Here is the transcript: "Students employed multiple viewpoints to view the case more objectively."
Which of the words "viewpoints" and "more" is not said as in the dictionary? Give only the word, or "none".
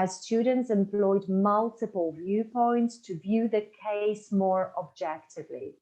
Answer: none